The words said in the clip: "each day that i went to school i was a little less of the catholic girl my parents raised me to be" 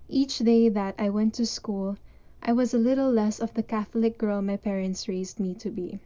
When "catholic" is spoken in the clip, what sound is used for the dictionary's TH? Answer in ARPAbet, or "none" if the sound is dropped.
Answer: TH